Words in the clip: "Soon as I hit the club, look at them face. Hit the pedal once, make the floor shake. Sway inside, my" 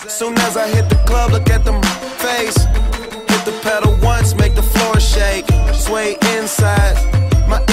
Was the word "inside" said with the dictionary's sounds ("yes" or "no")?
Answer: yes